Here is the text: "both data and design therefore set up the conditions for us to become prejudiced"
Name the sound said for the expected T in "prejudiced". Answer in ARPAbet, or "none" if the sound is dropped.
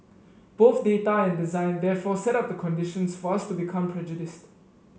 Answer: T